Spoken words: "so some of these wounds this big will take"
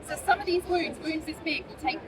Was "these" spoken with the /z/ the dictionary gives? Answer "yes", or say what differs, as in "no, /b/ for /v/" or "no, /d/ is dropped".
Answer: yes